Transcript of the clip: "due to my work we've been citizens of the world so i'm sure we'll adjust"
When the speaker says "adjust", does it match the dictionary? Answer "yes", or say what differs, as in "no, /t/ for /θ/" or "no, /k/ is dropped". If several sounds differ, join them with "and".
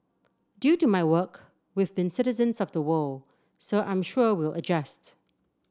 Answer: yes